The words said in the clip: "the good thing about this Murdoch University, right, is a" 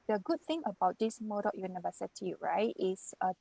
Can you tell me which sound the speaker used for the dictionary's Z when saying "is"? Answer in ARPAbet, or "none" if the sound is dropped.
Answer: S